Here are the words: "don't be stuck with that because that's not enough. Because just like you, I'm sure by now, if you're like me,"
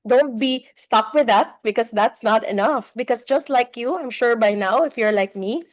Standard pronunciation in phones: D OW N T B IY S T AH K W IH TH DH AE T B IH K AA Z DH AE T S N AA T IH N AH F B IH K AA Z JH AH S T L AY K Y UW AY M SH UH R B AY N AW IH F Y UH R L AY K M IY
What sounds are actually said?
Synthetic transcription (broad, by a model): D OW N T B IY S T AH K W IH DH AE T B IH K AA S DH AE T S N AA T IH N AH F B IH K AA S JH AH S T L AY K Y UW AY M SH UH R B AY N AW IH F Y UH R L AY K M IY